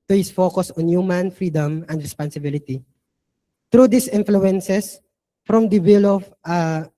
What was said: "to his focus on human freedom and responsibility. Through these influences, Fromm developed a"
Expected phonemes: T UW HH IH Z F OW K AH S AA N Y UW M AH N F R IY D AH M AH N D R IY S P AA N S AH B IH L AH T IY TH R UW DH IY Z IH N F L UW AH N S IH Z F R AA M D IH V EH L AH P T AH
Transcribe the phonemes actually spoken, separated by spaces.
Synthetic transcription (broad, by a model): T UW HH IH S F OW K AH S AA N Y UW M AH N F R IY D AH M AH N D R IY S P AA N S AH B IH L AH T IY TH R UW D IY S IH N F L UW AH N S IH S F R AA M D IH W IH L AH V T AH